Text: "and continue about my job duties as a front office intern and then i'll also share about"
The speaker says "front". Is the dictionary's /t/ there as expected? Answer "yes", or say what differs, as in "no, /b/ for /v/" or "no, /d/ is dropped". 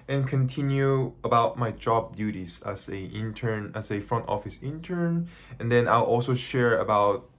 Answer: yes